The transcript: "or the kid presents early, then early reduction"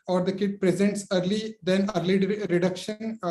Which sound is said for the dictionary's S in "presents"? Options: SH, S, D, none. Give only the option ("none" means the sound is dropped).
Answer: S